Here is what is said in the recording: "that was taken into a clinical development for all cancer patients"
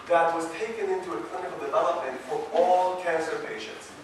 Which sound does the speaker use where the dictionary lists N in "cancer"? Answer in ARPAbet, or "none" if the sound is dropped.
N